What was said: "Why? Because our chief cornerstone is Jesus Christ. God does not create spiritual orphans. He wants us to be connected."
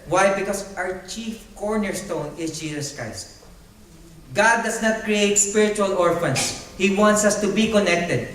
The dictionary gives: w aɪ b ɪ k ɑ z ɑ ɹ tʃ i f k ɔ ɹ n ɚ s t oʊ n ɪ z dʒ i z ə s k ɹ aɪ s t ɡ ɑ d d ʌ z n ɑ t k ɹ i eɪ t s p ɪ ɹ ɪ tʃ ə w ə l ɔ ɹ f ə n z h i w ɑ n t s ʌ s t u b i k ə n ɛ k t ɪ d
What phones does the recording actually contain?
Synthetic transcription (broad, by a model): w aɪ b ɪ k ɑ s ɑ ɹ tʃ i f k ɔ ɹ n ɚ s t oʊ n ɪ s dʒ i s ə s k ɹ aɪ s t ɡ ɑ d d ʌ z n ɑ t k ɹ i eɪ t s p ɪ ɹ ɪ tʃ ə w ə l ɔ ɹ f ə n s h i w ɑ n t s ʌ s t u b i k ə n ɛ k t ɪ d